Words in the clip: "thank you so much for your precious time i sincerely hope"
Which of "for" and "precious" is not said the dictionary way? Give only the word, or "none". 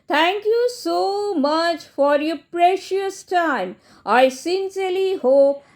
none